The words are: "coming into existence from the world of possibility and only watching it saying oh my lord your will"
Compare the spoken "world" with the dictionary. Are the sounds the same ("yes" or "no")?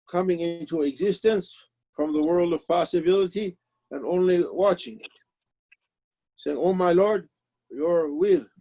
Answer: yes